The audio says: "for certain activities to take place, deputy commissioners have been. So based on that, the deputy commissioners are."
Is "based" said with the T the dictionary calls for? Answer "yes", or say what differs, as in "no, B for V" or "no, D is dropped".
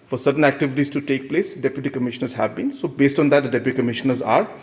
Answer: yes